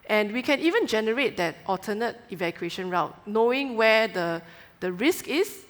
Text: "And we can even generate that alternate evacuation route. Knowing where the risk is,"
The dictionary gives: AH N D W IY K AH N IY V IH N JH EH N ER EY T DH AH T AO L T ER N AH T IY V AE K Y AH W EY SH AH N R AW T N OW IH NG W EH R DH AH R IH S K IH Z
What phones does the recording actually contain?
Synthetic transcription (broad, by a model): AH N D W IY K AH N IY V IH N JH EH N ER EY T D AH T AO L T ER N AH T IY V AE K Y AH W EY SH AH N R AW T N OW IH NG W EH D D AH R IH S K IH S